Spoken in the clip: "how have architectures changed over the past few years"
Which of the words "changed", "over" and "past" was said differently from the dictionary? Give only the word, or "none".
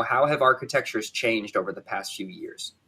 none